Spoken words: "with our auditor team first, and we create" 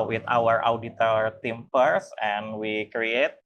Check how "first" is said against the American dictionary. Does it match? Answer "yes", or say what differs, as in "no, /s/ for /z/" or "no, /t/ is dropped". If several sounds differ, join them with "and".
no, /p/ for /f/ and /t/ is dropped